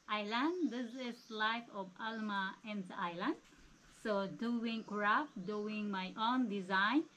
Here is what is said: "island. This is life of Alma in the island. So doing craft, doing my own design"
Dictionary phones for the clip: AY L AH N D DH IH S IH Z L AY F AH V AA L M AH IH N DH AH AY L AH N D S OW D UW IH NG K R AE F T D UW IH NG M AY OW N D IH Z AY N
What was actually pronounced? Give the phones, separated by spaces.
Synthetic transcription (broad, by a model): AY L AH N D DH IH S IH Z L AY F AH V AA L M AH IH N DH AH AY L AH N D S OW D UW IH NG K R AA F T D UW IH NG M AY OW N D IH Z AY N